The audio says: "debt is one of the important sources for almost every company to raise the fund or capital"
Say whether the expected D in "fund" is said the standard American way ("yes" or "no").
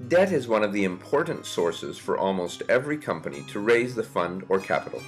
yes